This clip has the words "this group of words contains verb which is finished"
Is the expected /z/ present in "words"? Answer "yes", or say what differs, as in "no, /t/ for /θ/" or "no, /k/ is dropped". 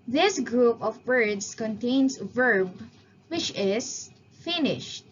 no, /s/ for /z/